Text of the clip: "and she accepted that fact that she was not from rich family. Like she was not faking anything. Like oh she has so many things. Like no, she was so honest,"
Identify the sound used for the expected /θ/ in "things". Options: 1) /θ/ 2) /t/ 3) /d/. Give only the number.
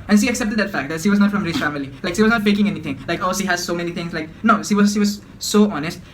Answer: 2